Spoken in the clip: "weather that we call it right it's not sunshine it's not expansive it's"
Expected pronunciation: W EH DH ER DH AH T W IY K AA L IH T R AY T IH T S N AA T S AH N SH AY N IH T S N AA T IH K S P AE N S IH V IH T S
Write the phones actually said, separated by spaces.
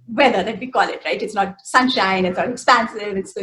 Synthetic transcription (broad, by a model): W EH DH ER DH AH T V IY K AA L IH T R AY T IH T S N AA T S AH N SH AY N IH T S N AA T IH K S P AE N S IH V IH T S